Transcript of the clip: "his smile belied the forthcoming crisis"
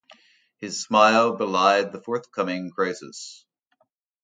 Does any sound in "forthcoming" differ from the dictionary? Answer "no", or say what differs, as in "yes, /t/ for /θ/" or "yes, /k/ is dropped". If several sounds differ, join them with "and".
no